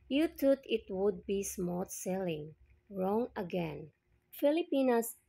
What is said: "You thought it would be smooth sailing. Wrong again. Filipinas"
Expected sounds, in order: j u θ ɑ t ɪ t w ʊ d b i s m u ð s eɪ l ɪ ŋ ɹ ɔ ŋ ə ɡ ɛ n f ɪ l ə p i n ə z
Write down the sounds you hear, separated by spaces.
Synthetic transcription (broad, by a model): j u t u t ɪ t w ʊ d b i s m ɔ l s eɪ l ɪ ŋ ɹ ɔ ŋ ə ɡ ɛ n f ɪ l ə p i n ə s